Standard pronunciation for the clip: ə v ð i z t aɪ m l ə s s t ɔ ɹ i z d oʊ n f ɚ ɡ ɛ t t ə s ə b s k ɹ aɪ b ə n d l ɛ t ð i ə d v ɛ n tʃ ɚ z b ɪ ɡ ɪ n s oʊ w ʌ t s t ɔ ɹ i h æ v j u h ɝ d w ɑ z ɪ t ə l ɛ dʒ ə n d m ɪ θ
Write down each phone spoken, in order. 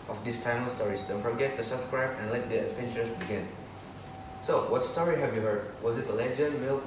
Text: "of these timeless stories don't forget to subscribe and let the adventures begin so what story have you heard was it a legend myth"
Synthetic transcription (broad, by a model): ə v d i s t aɪ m ə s s t ɔ ɹ i s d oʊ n f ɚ ɡ ɛ t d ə s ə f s k ɹ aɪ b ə n l ɛ t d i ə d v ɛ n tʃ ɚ s b ɪ ɡ ɪ n s oʊ w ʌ t s t ɔ ɹ i h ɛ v j u h ɝ d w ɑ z ɪ t ə l ɛ dʒ ə n d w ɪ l